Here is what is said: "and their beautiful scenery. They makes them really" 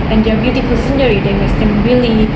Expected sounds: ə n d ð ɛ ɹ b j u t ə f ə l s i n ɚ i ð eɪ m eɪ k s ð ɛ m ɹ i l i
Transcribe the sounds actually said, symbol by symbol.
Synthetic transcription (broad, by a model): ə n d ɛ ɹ b j u t ə f ə l s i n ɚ i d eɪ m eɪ s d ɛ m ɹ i l i